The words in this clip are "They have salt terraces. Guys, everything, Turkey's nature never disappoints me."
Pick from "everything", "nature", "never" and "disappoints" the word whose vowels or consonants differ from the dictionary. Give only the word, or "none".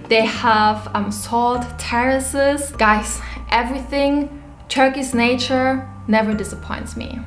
none